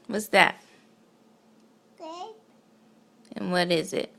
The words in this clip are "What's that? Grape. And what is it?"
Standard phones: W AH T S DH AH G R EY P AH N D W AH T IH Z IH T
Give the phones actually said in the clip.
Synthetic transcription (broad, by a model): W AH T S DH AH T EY AH N W AH T IH Z IH T